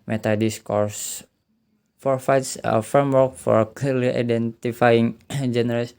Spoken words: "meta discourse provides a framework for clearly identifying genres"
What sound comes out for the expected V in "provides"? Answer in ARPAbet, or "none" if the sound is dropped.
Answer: F